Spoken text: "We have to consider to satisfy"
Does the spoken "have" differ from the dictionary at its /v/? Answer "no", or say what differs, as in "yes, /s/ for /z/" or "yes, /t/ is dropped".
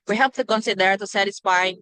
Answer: yes, /p/ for /v/